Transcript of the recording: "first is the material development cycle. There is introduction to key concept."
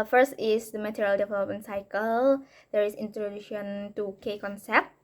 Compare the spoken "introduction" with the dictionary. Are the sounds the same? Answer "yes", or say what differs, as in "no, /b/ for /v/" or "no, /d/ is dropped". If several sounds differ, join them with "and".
no, /k/ is dropped